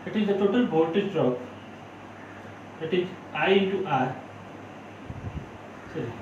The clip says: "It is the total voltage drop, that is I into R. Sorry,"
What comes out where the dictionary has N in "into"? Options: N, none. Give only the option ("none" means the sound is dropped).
none